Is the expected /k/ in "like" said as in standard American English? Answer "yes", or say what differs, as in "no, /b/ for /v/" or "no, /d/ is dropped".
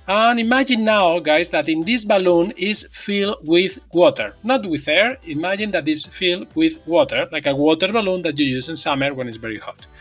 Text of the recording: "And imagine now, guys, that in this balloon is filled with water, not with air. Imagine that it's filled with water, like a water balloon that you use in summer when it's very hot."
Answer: yes